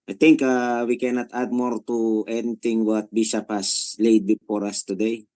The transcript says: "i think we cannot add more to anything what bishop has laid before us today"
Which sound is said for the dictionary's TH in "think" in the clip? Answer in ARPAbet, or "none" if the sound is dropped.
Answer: T